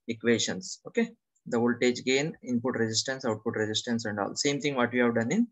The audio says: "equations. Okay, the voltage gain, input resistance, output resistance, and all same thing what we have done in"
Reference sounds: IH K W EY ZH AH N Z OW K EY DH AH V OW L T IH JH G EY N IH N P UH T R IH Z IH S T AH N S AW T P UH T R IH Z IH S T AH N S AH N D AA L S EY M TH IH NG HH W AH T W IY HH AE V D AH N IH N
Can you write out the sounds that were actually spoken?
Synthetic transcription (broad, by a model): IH K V EY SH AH N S OW K EY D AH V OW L T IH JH G EY N IH N P UH T R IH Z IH S T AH N S AW T P UH T R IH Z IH S T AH N S AH N D AA L S EY M T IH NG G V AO T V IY HH AE V D AH N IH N